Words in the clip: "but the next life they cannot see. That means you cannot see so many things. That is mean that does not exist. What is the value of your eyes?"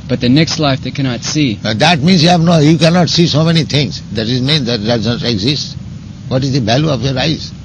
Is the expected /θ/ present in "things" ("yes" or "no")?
no